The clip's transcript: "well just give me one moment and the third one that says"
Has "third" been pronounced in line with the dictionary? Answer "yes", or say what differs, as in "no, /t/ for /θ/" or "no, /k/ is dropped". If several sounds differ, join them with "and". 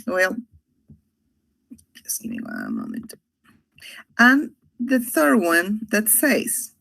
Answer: yes